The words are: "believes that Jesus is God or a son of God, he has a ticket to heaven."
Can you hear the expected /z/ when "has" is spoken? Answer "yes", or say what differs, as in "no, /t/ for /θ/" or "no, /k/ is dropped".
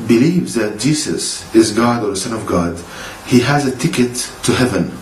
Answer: yes